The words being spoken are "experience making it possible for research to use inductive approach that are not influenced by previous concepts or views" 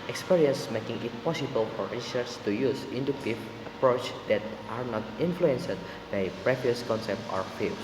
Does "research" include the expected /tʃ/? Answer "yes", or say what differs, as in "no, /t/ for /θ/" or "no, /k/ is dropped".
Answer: no, /s/ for /tʃ/